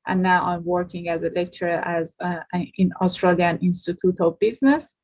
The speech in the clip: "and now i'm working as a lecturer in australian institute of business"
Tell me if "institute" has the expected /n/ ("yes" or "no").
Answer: yes